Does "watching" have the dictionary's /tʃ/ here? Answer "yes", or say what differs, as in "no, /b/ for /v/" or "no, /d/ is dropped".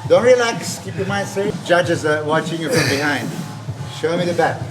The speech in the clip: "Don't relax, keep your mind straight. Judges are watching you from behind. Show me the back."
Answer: yes